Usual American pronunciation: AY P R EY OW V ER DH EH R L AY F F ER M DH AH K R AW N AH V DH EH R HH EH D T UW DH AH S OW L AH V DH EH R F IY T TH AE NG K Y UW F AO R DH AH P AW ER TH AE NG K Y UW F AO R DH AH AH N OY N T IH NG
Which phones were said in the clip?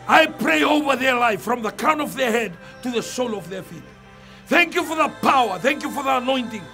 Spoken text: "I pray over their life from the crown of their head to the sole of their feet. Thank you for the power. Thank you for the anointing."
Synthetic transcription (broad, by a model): AY P R EY OW V ER DH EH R L AY F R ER M DH AH K AW N AH V DH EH R HH EH D T UW DH AH S OW L AH V DH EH R F IY T TH AE NG K Y UW F AO R DH AH P AW ER TH AE NG K Y UW F AO R DH AH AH N OY N T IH NG